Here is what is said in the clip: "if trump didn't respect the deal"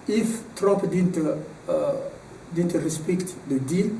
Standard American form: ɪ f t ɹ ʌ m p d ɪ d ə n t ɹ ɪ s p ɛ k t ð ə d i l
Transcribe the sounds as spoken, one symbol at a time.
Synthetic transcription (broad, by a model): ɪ f t ɹ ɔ p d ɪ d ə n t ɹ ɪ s p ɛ k t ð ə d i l